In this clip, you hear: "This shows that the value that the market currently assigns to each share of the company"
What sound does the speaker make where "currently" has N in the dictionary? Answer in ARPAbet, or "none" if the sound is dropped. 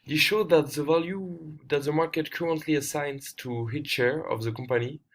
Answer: N